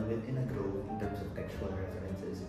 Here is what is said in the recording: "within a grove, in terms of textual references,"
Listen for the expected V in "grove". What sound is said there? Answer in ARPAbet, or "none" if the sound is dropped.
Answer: none